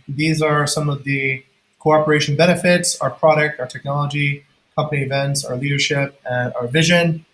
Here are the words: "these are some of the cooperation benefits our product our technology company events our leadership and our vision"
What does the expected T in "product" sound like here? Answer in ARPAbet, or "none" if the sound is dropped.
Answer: T